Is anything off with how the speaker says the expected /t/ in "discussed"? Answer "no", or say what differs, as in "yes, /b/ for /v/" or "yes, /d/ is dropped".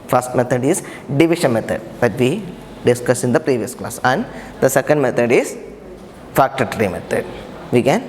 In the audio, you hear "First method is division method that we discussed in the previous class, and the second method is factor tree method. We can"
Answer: yes, /t/ is dropped